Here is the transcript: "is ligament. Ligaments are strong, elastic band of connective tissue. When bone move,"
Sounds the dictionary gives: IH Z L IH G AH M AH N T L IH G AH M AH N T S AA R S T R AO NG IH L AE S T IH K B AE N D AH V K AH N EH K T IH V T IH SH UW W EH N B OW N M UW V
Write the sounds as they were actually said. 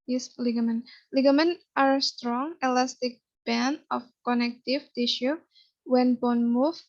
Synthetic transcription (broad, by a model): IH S L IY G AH M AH N L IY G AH M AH N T AA R S T R AO NG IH L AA S T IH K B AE N AH F K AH N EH K T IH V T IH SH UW W EH N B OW N M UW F